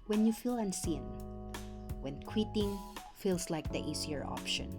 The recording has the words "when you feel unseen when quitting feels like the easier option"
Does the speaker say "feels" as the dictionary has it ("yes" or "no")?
no